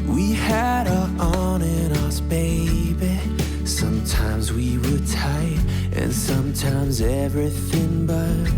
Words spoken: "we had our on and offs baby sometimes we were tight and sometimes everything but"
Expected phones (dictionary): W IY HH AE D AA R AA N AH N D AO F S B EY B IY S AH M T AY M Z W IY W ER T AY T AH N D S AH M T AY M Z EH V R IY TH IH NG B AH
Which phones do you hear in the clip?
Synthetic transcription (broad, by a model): W IY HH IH D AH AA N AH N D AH S B EY B IY S AH M T AY M Z W IY W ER T AY T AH N S AH M T AY M Z EH V R IY TH IH NG B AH